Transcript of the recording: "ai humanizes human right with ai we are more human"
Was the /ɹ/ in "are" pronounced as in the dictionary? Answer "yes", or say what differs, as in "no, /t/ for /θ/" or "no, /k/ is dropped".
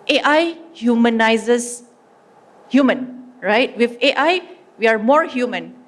yes